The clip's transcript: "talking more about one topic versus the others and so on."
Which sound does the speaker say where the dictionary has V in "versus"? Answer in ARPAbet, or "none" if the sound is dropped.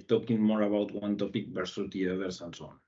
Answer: P